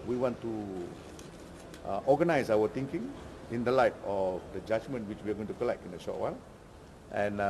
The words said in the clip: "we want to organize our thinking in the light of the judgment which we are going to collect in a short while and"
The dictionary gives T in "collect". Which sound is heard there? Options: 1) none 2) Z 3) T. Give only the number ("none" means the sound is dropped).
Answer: 3